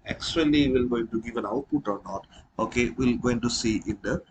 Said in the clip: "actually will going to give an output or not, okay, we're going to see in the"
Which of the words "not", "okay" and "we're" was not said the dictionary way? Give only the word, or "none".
we're